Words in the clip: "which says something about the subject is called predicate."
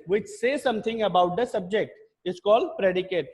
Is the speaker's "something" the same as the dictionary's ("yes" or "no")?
no